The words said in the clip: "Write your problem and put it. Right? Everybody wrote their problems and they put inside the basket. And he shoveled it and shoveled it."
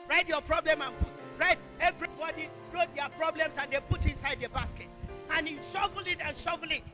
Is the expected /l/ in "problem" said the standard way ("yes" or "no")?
yes